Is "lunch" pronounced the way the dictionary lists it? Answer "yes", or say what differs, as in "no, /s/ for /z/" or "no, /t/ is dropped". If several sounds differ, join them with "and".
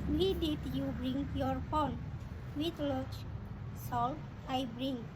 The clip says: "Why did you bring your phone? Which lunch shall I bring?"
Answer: no, /n/ is dropped